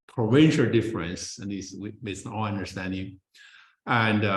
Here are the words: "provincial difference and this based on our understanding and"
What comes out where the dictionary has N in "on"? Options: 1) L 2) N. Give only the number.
1